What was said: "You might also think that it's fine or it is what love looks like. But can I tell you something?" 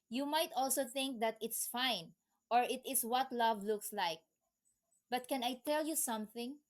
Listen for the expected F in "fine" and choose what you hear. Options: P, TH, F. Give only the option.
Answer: F